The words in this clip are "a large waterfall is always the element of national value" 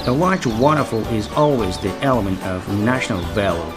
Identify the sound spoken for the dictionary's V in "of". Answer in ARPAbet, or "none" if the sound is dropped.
V